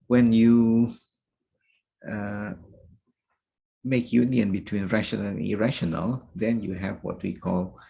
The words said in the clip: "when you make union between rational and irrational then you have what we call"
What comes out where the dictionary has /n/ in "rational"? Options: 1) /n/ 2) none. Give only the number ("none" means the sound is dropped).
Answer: 2